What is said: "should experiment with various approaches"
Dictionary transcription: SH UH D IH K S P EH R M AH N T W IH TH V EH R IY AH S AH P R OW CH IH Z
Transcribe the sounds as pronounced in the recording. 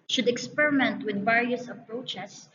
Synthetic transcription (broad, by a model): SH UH D IH K S P EH R M AH N T W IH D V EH R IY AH S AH P R OW CH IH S